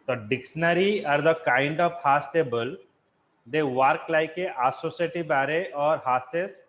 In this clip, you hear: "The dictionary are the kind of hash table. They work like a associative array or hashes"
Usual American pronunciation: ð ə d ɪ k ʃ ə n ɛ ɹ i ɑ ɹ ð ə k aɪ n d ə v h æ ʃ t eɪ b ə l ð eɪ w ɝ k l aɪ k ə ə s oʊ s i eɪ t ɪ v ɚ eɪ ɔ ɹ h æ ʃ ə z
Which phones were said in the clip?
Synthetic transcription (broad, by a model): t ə d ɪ k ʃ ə n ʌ ɹ i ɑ ɹ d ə k aɪ n d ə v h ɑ s t eɪ b ə l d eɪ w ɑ k l aɪ k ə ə s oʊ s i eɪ t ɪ b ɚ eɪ ɔ ɹ h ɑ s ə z